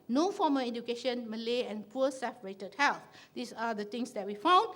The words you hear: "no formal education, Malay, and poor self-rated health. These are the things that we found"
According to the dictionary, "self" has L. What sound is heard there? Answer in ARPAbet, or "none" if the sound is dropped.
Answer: none